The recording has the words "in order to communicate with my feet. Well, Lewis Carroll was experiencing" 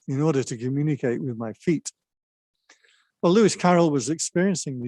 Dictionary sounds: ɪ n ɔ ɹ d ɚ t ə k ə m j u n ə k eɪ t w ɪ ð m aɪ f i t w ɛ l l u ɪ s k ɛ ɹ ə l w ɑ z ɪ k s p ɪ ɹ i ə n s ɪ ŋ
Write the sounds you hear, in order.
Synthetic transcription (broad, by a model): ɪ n ɔ ɹ d ɚ t ə k ə m j u n ə k eɪ t w ɪ ð m aɪ f i t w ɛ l l u ɪ s k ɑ ɹ l w ɑ z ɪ k s p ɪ ɹ i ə n s ɪ ŋ